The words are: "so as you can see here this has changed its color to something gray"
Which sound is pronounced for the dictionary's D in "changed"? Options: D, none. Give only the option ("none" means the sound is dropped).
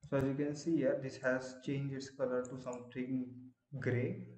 none